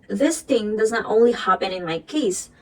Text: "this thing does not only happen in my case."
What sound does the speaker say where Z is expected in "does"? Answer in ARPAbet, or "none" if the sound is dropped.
Z